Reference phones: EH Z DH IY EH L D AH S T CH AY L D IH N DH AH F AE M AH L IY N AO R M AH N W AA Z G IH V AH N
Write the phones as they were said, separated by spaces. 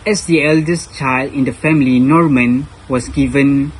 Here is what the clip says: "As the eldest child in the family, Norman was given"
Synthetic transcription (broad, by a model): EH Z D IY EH L D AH S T CH AY L D IH N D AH F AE M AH L IY N AO R M AH N W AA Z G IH V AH N